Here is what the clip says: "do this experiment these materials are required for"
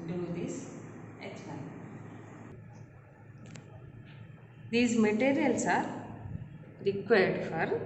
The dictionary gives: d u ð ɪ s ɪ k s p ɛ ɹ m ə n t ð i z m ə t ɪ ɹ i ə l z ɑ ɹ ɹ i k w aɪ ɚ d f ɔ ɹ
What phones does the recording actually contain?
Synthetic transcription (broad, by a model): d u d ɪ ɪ s ɛ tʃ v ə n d i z m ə t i ɹ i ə l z ɑ ɹ ɹ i k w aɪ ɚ d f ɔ ɹ